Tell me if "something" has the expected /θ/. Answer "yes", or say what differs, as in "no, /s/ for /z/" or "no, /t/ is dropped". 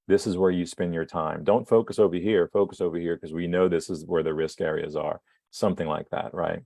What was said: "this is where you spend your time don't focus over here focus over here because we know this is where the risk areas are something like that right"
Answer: yes